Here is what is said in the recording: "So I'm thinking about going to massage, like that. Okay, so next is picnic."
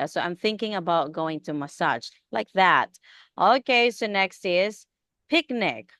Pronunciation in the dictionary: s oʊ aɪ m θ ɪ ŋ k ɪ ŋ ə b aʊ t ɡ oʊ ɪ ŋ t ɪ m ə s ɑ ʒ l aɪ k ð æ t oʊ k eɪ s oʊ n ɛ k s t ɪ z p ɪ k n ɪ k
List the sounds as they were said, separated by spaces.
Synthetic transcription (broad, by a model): s oʊ aɪ m θ ɪ ŋ k ɪ ŋ ə b aʊ t ɡ oʊ ɪ ŋ t ɪ m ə s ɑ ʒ l aɪ k ð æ t oʊ k eɪ s oʊ n ɛ k s t ɪ z p ɪ k n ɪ k